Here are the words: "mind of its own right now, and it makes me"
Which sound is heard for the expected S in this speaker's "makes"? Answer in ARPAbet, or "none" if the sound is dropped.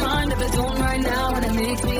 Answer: none